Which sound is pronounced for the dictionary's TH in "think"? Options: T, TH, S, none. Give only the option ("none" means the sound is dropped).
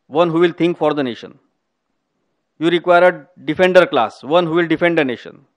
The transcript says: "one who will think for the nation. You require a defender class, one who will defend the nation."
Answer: T